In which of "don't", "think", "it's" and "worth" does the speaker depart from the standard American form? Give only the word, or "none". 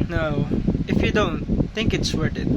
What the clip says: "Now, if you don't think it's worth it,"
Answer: worth